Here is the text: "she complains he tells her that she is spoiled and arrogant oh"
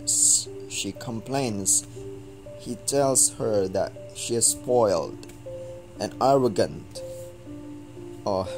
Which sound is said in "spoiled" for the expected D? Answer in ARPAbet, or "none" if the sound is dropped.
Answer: D